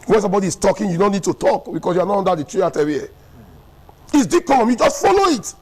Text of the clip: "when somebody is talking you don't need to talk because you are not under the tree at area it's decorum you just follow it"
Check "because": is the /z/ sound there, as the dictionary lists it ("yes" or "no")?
no